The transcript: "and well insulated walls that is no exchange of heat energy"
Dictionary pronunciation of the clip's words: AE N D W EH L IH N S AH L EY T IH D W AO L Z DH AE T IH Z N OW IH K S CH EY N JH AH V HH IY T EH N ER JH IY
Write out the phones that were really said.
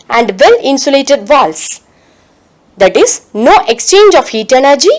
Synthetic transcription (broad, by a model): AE N D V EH L IH N S AH L EY T IH D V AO L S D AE T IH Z N OW IH K S CH EY N JH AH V HH IY T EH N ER JH IY